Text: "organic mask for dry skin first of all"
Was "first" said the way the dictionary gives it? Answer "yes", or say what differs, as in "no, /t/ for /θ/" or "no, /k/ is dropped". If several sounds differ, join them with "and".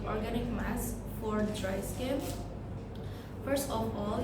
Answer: yes